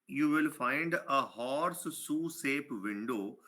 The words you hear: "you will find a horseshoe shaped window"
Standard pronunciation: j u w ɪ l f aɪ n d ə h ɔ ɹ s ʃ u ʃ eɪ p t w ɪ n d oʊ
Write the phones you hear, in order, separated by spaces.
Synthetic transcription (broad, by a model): j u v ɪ l f aɪ n d ə h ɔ ɹ s s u s eɪ p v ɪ n d oʊ